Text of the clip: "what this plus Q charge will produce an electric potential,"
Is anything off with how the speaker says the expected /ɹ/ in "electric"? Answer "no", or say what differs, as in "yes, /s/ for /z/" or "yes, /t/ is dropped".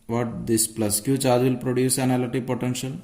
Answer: yes, /ɹ/ is dropped